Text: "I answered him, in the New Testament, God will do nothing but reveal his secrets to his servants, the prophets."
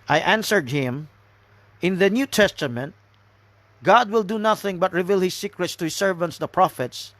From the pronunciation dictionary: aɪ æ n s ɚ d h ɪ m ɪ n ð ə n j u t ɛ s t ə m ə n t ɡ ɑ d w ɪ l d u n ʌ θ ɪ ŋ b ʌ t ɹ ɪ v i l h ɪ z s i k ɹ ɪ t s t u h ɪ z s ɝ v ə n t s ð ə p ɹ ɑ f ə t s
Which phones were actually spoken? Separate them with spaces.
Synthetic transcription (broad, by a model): aɪ æ n s ɚ d h ɪ m ɪ n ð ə n j u t ɛ s t ə m ə n t ɡ ɑ d w ɪ l d u n ʌ θ ɪ ŋ b ʌ t ɹ ɪ v i l h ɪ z s i k ɹ ɪ t s t u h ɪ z s ɝ v ə n t s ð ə p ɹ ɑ f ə t s